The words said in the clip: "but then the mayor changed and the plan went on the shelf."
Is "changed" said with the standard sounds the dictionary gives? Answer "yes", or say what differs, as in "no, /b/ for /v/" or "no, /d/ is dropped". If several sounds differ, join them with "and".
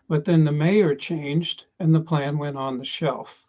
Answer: yes